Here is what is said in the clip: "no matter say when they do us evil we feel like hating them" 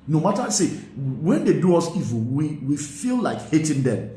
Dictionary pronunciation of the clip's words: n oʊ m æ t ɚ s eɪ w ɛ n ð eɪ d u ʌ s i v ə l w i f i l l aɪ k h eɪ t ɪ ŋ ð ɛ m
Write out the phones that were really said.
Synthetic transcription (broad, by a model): n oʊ m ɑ t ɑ s eɪ w ɛ n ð eɪ d u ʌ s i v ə w w i f i l l aɪ k h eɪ t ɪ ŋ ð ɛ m